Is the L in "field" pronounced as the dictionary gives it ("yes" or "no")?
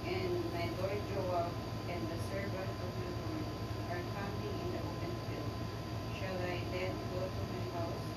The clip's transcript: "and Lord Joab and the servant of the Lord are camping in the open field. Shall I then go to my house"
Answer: no